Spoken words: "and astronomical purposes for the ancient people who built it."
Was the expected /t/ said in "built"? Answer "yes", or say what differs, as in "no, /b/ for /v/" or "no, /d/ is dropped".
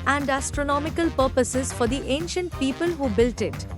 yes